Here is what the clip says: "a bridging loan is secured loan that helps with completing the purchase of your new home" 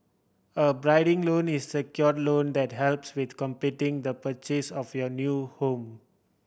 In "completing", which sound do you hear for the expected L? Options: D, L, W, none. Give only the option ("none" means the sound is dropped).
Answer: none